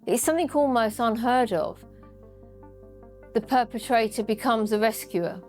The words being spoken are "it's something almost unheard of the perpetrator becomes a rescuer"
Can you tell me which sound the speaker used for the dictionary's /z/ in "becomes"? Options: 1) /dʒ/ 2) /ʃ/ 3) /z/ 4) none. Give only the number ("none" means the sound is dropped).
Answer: 3